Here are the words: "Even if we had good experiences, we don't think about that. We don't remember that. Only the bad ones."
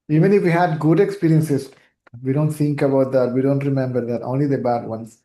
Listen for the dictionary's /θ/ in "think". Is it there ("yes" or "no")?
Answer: no